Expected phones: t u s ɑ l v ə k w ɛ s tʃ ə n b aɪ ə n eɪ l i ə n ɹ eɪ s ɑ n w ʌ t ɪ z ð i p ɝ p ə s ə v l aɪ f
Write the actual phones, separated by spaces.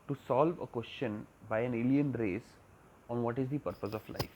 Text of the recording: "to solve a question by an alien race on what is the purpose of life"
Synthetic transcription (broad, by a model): t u s ɑ l v ə k w ɛ s tʃ ə n b aɪ ə n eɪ l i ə n ɹ eɪ s ɑ n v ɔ t ɪ z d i p ɝ p ə s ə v l aɪ f